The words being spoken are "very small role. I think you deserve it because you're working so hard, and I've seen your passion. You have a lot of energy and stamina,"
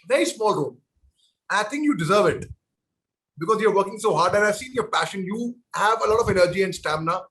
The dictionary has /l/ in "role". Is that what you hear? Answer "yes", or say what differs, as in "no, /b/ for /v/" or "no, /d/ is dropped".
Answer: no, /n/ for /l/